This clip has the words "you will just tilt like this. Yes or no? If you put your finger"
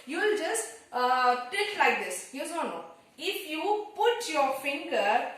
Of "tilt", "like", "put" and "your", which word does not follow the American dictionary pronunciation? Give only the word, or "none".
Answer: tilt